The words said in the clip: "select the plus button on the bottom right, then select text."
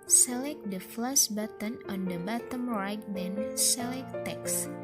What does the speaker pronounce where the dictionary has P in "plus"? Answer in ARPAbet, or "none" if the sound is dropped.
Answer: F